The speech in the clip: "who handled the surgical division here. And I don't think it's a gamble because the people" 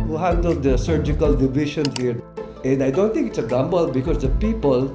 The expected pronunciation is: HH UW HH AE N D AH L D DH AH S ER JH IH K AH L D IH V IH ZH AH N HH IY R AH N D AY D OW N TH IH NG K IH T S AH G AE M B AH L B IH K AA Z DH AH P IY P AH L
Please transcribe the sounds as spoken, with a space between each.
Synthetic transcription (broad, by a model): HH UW HH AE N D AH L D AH S ER JH IH K AH L D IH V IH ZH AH N HH IY R AH N D AY D OW N T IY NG K IH T S AH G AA M B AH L B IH K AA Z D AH P IY P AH L